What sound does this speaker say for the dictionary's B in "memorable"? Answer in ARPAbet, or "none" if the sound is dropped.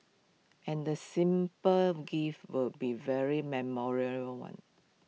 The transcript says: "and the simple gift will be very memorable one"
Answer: none